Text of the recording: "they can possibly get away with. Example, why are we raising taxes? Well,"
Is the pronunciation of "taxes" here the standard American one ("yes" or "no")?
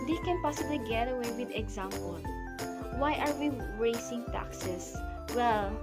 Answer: no